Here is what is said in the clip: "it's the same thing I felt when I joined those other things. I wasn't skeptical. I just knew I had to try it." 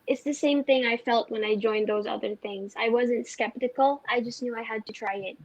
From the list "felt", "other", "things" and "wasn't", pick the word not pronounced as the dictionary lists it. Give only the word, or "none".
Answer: none